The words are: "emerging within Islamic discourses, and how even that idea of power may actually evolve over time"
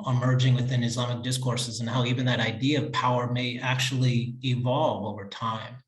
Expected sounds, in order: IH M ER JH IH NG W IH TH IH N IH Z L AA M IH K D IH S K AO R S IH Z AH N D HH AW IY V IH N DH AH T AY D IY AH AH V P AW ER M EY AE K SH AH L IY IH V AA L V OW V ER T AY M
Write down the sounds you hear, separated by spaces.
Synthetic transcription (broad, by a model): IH M ER JH IH NG W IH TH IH N IH Z L AA M IH K D IH S K AO R S IH Z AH N HH AW IY V IH N DH AH T AY D IY AH AH V P AW ER M EY AE K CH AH L IY IH V AA L V OW V ER T AY M